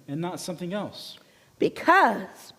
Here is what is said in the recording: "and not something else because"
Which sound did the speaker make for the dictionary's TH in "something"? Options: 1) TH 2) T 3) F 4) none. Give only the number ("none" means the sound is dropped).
1